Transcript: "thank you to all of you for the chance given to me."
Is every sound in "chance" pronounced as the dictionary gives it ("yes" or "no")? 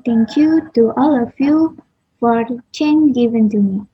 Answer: no